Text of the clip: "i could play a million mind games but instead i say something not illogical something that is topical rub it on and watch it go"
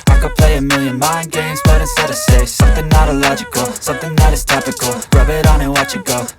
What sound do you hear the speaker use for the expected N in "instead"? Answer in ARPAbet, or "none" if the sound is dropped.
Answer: none